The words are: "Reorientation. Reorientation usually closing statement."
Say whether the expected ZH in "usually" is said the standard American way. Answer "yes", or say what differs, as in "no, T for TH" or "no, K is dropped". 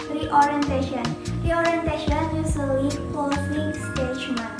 no, S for ZH